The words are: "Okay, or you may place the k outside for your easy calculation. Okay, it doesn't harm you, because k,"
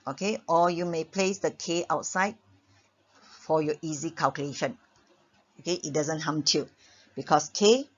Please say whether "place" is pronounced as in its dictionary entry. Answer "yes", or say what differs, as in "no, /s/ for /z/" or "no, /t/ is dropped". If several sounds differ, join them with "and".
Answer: yes